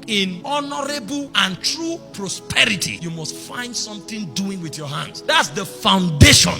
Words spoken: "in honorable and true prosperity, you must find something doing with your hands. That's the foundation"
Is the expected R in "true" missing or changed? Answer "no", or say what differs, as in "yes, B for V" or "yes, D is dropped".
no